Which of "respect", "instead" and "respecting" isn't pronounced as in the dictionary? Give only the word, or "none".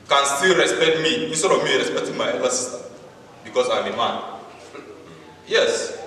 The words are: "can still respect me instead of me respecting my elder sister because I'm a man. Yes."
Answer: instead